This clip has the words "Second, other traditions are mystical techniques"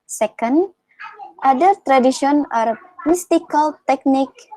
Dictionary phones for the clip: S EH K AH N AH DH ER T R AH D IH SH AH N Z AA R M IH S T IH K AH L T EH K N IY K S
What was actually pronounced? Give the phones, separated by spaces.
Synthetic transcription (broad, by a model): S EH K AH N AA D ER T R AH D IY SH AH N AA R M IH S T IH K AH L T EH K N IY K